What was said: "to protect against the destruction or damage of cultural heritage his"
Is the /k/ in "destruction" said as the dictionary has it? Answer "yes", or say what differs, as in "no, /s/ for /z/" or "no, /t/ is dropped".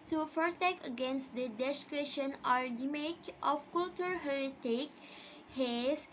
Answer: no, /k/ is dropped